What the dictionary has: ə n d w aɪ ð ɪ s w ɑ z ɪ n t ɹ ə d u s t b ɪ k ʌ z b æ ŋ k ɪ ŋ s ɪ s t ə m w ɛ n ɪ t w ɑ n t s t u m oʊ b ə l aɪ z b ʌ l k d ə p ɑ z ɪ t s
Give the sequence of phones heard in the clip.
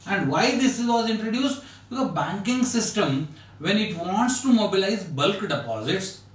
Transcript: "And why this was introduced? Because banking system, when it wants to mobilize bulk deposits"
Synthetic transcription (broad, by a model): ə n d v aɪ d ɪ s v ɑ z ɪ n t ɹ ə d u s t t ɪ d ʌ b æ ŋ k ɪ ŋ s ɪ s t ə m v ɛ n ɪ t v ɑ n t s t u m oʊ b ə l aɪ z b ʌ l k d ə p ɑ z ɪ t s